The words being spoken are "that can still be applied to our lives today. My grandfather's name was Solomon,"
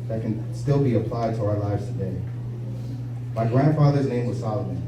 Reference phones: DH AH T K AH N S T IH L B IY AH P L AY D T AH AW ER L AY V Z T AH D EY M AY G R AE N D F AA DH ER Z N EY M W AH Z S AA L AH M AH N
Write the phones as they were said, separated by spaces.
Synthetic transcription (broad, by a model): DH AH T K AH N S T IH L B IY AH P L AY D T AH AW ER L AY V Z T AH D EY M AY G R AE N D F AA DH ER Z N EY M W AH Z S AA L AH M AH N